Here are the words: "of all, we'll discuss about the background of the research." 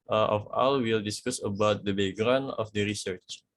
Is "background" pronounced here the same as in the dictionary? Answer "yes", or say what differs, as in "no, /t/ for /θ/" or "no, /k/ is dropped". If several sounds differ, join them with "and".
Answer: no, /k/ is dropped